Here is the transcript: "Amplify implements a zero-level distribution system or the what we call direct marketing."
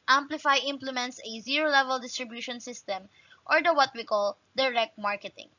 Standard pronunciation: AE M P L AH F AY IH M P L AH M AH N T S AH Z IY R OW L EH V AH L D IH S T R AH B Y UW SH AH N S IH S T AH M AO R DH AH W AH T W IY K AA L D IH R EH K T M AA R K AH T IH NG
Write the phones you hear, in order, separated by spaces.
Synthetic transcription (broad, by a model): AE M P L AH F AY IH M P L AH M AH N T S AH Z IY R OW L EH V AH L D IH S T R AH B Y UW SH AH N S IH S T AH M AO R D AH W AH T W IY K AA L D IH R EH K T M AA R K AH T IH NG